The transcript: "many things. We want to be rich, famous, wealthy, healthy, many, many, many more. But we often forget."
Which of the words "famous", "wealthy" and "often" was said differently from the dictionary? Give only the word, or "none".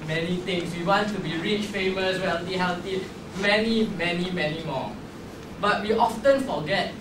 wealthy